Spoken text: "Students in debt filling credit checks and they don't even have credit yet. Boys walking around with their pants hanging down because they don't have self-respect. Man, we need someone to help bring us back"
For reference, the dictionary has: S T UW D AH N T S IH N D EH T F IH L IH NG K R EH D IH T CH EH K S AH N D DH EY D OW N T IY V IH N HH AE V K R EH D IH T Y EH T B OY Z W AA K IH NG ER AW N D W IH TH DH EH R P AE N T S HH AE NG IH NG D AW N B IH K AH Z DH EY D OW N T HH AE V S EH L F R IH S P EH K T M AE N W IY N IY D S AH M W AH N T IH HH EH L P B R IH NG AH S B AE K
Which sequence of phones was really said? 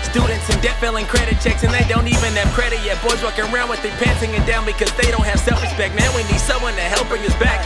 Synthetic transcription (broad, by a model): S T UW D N T S IH N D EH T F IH L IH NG K R EH D IH T CH EH K S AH N DH EY D OW N T IY V IH N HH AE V K R EH D IH T Y EH T B OY Z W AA K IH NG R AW N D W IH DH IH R P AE N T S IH NG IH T D AW N B IH K AH Z DH EY D OW N T HH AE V S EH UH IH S B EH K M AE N W IY N IY D S AH M W AH N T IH HH EH L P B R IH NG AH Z B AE K